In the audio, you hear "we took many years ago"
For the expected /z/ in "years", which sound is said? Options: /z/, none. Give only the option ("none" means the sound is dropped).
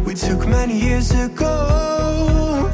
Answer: /z/